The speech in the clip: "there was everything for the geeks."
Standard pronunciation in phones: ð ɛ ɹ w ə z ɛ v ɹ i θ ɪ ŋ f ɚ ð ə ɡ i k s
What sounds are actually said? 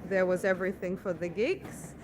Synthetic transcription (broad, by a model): ð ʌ ɹ w ə z ɛ v ɹ i θ ɪ ŋ f ɚ ð ə ɡ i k s